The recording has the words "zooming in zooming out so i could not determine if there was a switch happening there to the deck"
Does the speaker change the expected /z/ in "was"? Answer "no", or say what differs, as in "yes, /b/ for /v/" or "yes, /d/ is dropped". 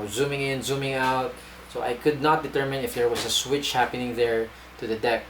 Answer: yes, /s/ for /z/